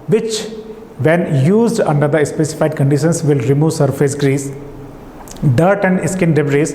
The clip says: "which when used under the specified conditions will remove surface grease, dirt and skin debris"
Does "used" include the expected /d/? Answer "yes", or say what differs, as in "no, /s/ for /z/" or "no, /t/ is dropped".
yes